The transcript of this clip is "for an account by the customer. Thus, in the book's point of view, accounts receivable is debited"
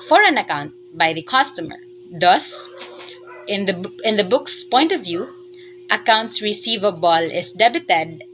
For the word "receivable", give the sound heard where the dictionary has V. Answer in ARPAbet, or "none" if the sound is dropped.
V